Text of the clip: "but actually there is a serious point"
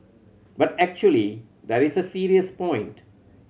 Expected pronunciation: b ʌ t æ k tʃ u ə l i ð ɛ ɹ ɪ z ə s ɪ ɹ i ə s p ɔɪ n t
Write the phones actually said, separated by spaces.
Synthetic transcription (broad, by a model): b ʌ t æ k tʃ u ə l i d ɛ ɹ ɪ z ə s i ɹ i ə s p ɔɪ n t